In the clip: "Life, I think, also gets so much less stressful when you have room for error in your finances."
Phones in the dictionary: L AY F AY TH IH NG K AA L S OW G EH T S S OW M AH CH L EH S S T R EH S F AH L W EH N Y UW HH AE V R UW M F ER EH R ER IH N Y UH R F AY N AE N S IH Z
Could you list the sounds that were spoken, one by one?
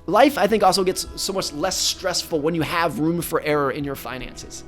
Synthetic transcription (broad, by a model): L AY F AY TH IH NG K AA L S OW G EH T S S OW M AH CH L EH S S T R EH S F L W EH N Y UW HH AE V R UW M F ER EH R ER IH N Y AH R F AY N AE N S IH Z